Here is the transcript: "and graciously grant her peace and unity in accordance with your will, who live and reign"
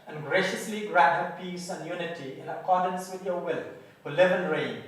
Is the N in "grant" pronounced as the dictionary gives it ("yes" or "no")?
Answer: no